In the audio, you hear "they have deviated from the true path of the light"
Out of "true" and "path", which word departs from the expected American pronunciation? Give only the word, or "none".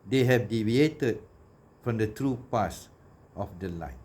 path